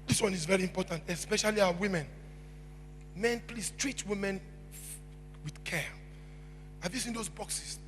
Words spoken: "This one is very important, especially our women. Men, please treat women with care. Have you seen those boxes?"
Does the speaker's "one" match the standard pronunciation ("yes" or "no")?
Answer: yes